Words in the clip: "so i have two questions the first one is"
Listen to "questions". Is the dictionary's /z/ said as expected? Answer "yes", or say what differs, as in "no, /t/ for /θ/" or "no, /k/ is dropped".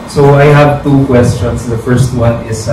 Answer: no, /s/ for /z/